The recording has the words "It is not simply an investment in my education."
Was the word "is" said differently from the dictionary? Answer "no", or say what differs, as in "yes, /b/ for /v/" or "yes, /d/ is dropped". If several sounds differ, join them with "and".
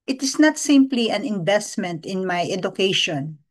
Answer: yes, /s/ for /z/